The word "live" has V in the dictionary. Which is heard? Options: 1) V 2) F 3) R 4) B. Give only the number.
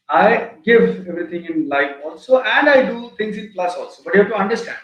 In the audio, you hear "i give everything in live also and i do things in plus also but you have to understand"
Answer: 2